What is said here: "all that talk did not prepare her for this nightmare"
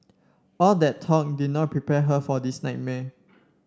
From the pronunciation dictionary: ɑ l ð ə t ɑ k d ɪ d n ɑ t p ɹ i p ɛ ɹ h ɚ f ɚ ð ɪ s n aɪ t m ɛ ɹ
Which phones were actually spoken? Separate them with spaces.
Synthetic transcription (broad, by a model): ɑ l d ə t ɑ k d ɪ d n ɑ t p ɹ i p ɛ h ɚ f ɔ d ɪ s n aɪ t m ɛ